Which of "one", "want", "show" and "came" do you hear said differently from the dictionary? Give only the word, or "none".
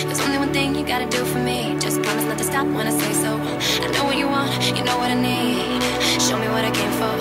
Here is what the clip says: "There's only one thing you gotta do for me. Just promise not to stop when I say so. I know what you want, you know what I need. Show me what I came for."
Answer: none